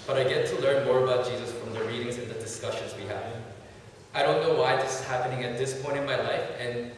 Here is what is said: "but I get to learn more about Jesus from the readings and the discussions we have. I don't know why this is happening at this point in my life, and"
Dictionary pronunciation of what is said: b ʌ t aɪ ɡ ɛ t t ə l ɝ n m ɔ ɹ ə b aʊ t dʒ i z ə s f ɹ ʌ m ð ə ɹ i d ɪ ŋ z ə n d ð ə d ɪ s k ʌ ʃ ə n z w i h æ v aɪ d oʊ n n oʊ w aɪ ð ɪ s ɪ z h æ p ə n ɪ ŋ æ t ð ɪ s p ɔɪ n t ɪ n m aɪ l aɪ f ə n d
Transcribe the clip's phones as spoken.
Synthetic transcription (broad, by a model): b ʌ t aɪ ɡ ɛ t t ə l ɝ n m ɔ ɹ ə b aʊ t dʒ i z ə s f ɹ ʌ m ð ə ɹ i d ɪ ŋ z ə n ð ə d ɪ s k ʌ ʃ ə n z w i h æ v aɪ d oʊ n n oʊ w aɪ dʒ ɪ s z h æ p ə n ɪ ŋ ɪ t ð ɪ s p ɔɪ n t ɪ n m aɪ l aɪ f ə n